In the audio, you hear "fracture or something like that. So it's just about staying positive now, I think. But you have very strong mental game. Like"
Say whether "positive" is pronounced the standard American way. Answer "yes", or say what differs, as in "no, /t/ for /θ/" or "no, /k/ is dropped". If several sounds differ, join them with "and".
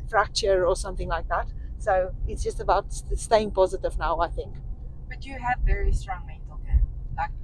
yes